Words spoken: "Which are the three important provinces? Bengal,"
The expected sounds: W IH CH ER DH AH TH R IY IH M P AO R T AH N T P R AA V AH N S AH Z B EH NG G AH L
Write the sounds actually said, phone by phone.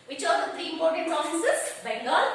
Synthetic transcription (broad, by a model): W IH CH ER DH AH T R IY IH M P AO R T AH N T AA F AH S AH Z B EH NG G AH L